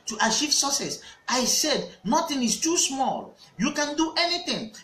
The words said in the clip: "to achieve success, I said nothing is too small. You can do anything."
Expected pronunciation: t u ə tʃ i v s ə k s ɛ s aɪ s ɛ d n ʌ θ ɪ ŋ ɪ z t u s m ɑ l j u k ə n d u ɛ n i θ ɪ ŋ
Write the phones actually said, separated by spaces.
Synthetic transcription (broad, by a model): t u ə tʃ i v s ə s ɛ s aɪ s ɛ d n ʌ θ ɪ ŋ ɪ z t u s m ɑ l j u k ə n d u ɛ n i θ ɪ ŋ